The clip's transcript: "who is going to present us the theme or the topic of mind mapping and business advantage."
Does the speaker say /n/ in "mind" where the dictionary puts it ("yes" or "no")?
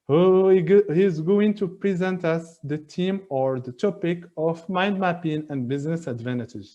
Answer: yes